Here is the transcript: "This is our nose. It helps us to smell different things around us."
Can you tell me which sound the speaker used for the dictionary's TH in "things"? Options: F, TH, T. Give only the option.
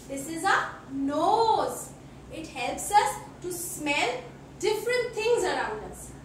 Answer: T